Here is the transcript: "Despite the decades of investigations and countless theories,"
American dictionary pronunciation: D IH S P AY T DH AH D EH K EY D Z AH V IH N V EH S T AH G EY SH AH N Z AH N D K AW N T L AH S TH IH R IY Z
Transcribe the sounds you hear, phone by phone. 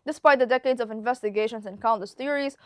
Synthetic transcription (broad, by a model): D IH S P AY T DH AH D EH K EY D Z AH V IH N V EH S T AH G EY SH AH N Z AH N K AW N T AH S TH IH R IY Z